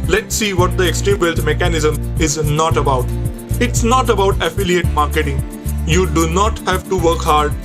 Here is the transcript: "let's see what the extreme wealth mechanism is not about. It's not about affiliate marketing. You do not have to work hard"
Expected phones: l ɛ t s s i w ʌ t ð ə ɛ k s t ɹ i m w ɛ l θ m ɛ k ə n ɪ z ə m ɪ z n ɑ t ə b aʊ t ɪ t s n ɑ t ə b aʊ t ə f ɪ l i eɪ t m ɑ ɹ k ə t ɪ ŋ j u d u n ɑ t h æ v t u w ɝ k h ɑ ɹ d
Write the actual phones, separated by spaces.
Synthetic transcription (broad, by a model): l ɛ t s s i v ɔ t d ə ɛ k s t ɹ i m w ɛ l t m ɛ k ə n ɪ z ə m ɪ z n ɑ t ə b aʊ t ɪ t s n ɑ t ə b aʊ t ə f ɪ l i eɪ t m ɑ ɹ k ə t ɪ ŋ j u d u n ɑ t h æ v t u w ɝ k h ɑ ɹ d